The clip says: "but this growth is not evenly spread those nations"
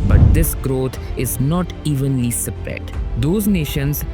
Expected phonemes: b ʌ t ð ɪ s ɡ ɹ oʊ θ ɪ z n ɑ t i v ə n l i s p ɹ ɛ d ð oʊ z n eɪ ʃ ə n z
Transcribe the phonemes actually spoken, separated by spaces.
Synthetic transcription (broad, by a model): b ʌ t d ɪ s ɡ ɹ oʊ t ɪ z n ɑ t i v ə n l i s p ɹ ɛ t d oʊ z n eɪ ʃ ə n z